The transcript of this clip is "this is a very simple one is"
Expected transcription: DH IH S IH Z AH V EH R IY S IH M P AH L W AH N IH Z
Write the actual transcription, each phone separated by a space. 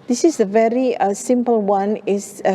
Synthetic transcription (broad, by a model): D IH S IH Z AH V EH R IY S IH M P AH L W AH N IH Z